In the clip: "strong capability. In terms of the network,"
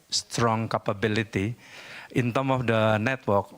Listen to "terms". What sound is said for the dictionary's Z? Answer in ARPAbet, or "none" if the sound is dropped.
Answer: none